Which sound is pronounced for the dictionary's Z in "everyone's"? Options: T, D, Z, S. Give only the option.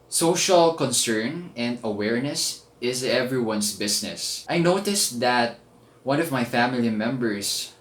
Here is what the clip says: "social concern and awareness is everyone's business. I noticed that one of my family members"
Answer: S